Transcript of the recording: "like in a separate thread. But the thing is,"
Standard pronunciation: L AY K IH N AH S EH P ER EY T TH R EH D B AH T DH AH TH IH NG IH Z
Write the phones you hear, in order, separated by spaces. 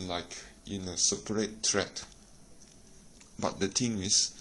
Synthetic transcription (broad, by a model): L AY K IH N AH S EH P ER EY T T R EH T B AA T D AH T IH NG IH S